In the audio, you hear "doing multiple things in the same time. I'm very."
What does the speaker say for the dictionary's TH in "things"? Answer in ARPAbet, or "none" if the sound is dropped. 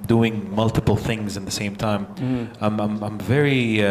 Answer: TH